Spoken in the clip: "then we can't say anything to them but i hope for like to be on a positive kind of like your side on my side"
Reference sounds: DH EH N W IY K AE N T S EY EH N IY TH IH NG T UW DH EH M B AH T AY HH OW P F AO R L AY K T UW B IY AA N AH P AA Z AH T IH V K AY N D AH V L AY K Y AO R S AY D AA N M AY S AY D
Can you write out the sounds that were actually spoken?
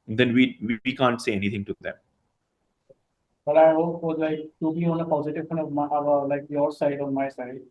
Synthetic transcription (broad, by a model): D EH N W IY K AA N T S EY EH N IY T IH NG T UW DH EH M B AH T AY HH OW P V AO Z L AY K T UW B IY AA N AH P AA Z AH T IH V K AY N AH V L AY K Y AO R S AY D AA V M AY S AY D